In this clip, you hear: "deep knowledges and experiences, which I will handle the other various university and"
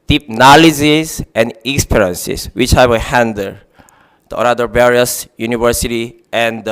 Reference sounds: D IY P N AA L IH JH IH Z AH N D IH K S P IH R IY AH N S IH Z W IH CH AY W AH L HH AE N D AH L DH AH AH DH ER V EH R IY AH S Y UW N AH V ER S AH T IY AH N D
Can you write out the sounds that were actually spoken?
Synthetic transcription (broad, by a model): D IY P N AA L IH Z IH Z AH N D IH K S P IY R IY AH N S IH S W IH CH AY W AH HH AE N D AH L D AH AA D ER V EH R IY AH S Y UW N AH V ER S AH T IY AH N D